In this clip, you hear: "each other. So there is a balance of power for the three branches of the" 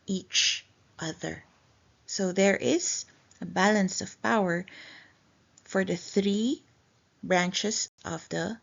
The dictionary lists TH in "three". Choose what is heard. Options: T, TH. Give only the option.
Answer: TH